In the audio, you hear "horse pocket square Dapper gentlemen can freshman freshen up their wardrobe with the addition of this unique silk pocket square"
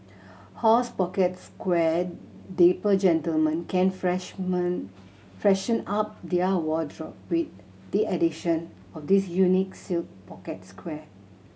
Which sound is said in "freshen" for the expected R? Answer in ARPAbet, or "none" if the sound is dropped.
R